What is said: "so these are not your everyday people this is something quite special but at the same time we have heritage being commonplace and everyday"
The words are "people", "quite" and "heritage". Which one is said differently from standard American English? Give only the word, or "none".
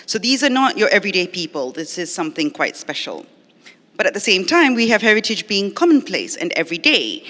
none